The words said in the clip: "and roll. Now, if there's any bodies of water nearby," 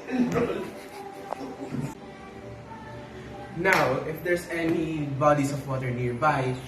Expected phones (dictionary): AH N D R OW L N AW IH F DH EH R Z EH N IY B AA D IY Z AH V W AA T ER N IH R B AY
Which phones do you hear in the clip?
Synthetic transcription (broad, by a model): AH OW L N AW IH F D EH R S EH N IY B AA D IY S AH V W AA T ER N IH R B AY